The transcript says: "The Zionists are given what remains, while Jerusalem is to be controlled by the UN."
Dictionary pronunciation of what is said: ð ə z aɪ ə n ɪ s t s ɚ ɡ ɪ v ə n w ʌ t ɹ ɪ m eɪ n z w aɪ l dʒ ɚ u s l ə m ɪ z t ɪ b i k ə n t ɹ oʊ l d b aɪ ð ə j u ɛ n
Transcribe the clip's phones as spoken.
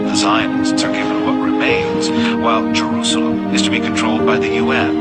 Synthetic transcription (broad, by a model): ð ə z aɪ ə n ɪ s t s ɚ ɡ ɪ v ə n w ʌ t ɹ ɪ m eɪ n z w aɪ l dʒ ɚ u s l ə ɪ z t ɪ b i k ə n t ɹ oʊ l d b aɪ ð ə j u ɛ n